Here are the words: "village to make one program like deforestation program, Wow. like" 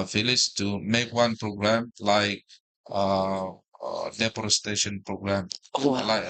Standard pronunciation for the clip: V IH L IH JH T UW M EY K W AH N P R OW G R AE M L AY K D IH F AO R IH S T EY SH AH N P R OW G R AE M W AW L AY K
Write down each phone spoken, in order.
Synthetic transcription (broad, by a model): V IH L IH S T UW M EY K W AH N P R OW G R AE M L AY K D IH P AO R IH S T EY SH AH N P R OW G R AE M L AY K